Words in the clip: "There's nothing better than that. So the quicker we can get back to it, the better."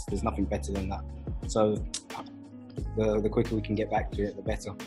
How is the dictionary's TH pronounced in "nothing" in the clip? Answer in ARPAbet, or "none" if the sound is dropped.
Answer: TH